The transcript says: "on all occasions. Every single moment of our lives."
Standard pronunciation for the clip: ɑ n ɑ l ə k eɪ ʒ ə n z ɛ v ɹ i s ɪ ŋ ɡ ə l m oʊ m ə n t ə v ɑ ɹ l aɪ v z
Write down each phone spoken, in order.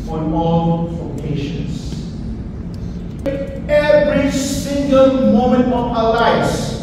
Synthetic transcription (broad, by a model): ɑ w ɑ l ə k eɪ ʃ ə n s ɛ v ɹ i s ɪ ŋ ɡ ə l m oʊ m ə n t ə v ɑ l aɪ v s